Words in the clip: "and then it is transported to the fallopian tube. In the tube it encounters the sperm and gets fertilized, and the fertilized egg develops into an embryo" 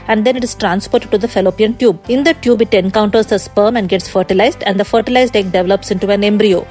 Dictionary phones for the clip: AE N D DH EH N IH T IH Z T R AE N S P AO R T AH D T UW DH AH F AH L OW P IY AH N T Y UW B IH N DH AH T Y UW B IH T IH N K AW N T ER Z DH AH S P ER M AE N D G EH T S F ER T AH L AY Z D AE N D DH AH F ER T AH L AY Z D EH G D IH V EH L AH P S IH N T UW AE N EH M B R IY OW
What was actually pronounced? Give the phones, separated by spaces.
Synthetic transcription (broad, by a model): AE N D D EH N IH T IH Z T R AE N S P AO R T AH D T UW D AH F AH L OW P IY AH N T Y UW B IH N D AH T Y UW B IH T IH N K AW N T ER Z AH S P ER M AE N D G EH T S F ER T AH L AY Z D AE N D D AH F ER T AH L AY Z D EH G D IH V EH L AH P S IH N T UW AE N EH M B R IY OW